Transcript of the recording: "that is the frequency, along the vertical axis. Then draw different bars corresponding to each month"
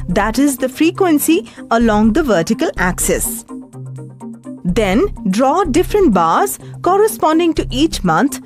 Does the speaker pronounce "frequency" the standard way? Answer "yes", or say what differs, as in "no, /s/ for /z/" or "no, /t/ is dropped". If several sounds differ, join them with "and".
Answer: yes